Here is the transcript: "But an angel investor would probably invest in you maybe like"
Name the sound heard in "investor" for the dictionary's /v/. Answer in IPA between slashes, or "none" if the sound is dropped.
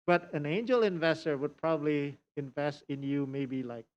/v/